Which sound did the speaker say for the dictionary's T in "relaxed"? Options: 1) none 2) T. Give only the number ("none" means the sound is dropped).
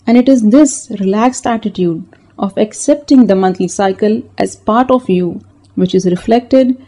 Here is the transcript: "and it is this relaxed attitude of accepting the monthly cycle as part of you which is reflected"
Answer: 2